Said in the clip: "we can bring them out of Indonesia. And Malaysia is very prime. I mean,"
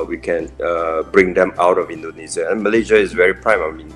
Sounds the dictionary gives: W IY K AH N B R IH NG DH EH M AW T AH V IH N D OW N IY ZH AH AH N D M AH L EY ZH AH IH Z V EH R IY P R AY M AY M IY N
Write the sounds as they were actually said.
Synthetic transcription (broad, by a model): W IY K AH N B R IH NG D EH M AW T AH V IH N D OW N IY S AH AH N M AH L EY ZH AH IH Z V EH R IY P R AY M AY M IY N